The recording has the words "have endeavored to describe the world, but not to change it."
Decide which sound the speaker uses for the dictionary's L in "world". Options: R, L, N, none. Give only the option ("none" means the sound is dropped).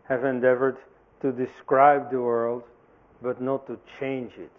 L